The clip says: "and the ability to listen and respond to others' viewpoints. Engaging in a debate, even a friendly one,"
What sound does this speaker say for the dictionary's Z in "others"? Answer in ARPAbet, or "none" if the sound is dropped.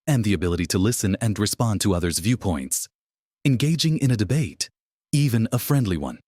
Z